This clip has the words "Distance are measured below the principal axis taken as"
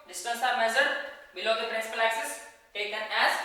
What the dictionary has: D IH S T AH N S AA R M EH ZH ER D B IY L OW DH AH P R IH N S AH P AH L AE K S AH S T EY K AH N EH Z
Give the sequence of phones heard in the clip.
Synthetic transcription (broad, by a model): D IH S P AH N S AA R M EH Z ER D B IY L OW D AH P R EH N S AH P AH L AE K S AH S T EY K AH N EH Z